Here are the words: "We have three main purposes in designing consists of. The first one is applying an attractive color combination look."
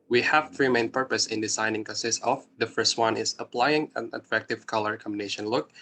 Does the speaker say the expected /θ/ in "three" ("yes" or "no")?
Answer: no